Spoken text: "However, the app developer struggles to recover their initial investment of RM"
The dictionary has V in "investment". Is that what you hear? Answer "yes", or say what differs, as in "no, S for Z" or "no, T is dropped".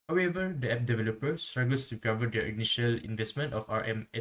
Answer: yes